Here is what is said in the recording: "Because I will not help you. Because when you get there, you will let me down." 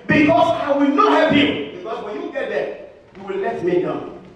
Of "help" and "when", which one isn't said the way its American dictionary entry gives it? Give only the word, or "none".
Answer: help